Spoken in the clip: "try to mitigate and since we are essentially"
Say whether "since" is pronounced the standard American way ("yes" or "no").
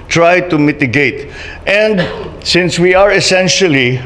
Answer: yes